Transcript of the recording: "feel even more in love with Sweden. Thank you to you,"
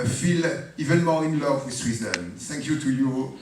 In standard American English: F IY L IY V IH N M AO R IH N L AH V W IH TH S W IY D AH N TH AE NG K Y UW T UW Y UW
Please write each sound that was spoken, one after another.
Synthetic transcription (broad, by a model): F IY L IY V IH N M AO L IH N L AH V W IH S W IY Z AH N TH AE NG K Y UW T UW Y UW